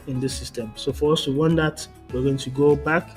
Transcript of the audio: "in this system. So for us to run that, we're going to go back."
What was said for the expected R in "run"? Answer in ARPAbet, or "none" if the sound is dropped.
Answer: W